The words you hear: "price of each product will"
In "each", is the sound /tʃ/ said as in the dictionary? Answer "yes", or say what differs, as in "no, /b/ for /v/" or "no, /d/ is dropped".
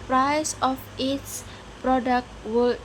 no, /s/ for /tʃ/